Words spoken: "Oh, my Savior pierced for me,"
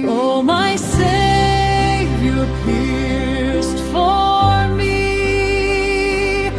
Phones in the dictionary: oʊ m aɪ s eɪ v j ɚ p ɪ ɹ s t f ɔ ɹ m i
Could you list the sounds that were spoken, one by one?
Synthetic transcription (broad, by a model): oʊ m aɪ s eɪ j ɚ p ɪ ɹ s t f ɔ ɹ m i